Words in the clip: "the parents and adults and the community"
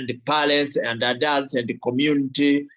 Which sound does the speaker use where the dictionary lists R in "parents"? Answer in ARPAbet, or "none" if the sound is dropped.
L